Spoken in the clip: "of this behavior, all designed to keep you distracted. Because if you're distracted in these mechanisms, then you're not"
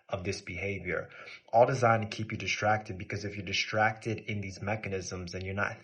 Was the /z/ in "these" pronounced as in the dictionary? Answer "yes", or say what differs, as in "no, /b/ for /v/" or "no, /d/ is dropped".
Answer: yes